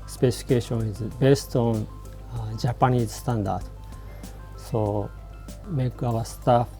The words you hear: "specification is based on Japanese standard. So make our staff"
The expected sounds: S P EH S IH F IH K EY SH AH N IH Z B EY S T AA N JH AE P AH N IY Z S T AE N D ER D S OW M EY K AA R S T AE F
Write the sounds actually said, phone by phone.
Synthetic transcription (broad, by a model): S P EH S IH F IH K EY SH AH N IH Z B EY S T AA N JH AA P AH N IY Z S T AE N D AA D S OW M EY K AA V S T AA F